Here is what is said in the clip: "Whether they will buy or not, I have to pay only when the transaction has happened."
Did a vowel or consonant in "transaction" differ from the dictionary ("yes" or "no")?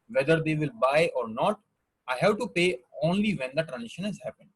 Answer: yes